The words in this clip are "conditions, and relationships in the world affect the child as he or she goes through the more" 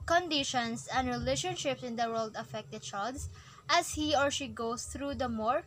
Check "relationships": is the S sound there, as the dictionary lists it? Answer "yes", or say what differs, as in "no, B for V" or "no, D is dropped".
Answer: yes